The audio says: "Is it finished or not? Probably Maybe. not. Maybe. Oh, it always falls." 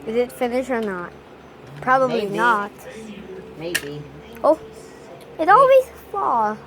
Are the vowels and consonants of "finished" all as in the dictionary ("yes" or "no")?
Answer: no